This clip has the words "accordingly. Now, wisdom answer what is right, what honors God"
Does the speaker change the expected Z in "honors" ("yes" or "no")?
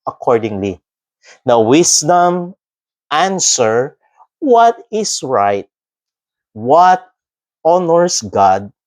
yes